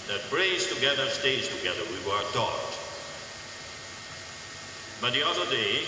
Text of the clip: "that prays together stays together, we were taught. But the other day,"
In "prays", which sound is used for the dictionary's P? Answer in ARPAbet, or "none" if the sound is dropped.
B